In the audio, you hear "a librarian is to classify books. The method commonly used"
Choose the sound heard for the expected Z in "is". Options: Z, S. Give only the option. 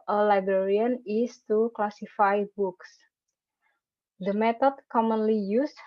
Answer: S